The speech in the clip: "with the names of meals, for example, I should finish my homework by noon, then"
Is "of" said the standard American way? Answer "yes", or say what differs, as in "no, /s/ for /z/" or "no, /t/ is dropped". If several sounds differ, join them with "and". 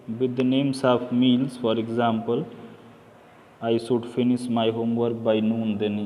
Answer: no, /p/ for /v/